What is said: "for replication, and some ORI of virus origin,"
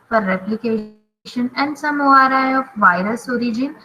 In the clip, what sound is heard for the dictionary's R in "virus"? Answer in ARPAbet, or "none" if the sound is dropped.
R